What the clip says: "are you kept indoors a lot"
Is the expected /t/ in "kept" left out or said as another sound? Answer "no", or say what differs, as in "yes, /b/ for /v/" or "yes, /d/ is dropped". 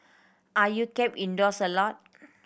yes, /t/ is dropped